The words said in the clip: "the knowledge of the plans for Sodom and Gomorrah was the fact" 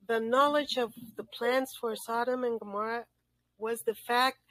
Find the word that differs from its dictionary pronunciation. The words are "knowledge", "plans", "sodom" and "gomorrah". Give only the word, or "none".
plans